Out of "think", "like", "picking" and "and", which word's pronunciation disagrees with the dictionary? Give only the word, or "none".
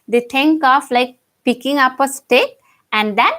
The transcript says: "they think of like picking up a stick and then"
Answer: think